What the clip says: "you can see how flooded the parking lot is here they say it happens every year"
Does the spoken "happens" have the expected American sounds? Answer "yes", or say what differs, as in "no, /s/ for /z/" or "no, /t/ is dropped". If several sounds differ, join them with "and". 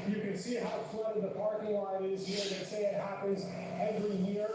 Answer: yes